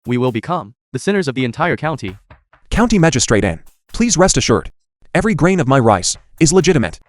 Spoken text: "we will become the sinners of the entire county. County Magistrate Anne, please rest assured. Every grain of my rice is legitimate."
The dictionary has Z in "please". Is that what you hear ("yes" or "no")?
yes